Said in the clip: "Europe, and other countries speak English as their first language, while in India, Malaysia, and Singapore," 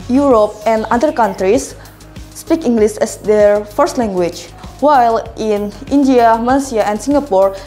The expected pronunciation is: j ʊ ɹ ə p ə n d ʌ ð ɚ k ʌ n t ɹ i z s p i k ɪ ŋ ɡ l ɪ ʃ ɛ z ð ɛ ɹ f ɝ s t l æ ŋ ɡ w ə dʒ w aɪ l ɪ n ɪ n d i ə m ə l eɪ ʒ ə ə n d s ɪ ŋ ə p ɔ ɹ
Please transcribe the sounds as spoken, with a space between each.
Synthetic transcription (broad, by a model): j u ɹ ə p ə n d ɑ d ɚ k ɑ n t ɹ i s p i k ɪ ŋ ɡ l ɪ s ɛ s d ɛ ɹ f ɝ s t l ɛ ŋ ɡ w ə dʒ w aɪ l ɪ n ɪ n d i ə m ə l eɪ s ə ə n s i ŋ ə p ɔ ɹ